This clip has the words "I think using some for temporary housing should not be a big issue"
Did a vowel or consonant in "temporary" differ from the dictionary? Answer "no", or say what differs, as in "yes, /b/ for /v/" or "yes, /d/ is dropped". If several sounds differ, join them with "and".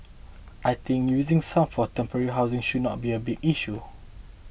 no